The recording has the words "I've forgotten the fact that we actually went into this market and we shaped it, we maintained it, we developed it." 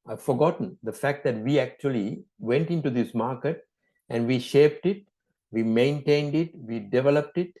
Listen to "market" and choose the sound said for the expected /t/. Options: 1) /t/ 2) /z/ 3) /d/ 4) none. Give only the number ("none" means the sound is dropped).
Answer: 1